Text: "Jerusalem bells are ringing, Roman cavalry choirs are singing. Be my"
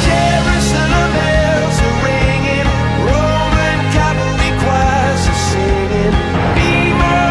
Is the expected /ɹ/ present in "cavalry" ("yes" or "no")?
no